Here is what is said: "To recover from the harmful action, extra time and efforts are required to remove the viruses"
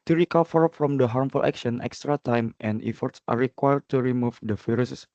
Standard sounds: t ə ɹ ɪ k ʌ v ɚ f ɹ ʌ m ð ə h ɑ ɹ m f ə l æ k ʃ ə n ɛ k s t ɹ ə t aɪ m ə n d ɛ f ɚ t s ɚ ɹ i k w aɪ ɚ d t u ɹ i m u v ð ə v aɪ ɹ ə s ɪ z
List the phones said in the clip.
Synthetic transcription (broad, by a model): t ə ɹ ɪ k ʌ f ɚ f ɹ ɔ m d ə h ɑ ɹ m f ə l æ k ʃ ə n ɛ k s t ɹ ə t aɪ m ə n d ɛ f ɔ t s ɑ ɹ i k w aɪ ɚ d t u ɹ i m u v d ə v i ɹ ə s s